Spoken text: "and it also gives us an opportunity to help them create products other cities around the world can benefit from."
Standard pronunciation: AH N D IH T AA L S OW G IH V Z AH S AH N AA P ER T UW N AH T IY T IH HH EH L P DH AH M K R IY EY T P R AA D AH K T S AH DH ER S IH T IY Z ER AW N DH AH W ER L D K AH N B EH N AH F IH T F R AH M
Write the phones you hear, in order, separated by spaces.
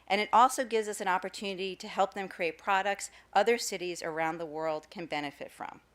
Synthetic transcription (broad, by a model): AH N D T AA L S OW G IH V Z AH S AH N AA P ER T UW N AH T IY T IH HH EH L P DH AH M K R IY EY T P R AA D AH K T S AH DH ER S IH T IY Z ER AW N DH AH W ER L D K AH N B EH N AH F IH T F R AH M